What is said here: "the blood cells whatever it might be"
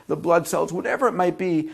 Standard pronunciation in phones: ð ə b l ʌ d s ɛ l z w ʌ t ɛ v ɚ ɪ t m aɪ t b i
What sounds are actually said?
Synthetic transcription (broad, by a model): ð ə b l ʌ d s ɛ l z w ʌ t ɛ v ɚ ɪ t m aɪ t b i